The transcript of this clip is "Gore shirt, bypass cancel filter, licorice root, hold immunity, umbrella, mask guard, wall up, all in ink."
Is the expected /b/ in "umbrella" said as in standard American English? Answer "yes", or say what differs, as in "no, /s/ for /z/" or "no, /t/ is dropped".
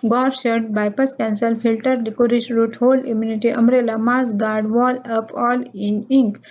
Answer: no, /b/ is dropped